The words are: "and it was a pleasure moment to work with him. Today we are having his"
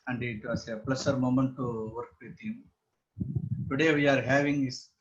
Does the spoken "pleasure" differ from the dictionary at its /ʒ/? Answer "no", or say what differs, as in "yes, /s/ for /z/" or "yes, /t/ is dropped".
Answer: yes, /s/ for /ʒ/